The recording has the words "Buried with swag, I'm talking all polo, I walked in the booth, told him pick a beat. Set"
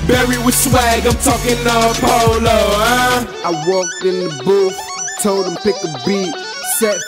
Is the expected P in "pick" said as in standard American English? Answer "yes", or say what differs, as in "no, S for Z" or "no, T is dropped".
yes